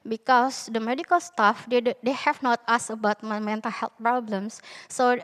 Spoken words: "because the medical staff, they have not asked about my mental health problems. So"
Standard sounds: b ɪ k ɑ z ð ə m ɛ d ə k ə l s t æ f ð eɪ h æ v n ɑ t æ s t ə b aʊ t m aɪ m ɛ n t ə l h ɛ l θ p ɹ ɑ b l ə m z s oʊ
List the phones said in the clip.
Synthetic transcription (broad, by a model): b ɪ k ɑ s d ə m ɛ d ə k ə l s t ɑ f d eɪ h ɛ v n ɑ t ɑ s ə b aʊ t m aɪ m ɛ n t ə l h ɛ l t p ɹ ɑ b l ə m s oʊ